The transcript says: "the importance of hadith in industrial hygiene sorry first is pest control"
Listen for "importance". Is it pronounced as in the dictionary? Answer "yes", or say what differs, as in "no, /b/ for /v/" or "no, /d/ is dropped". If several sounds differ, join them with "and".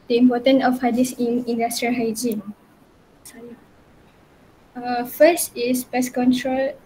no, /s/ is dropped